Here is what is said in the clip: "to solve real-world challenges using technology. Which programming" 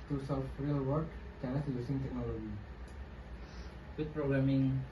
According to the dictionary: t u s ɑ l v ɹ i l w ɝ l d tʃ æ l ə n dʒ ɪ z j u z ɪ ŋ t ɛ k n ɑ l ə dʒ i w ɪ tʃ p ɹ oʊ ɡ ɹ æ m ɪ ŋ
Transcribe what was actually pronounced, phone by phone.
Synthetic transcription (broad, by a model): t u s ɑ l f ɹ i l w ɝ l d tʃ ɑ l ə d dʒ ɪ j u s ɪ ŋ t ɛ k n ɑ l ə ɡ i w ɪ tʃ p ɹ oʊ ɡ ɹ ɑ m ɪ ŋ